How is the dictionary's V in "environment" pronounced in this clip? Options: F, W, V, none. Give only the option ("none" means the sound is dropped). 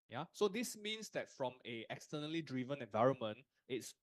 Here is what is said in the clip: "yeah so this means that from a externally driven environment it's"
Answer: V